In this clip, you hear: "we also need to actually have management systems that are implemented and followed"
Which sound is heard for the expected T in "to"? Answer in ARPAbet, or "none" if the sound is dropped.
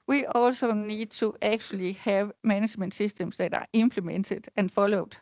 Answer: S